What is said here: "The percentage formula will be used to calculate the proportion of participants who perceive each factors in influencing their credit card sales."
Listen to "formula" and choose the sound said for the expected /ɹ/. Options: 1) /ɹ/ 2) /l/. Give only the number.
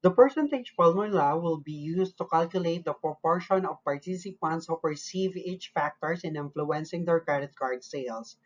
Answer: 2